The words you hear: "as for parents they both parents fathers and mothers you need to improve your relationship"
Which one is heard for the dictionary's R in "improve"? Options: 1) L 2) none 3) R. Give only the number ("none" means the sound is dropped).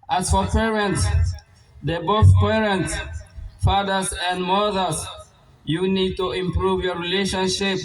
3